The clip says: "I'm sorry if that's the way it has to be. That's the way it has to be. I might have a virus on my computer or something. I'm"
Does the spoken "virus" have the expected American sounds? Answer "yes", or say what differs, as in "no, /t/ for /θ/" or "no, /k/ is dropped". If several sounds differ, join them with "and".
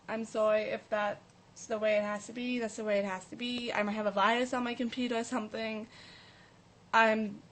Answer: no, /ɹ/ is dropped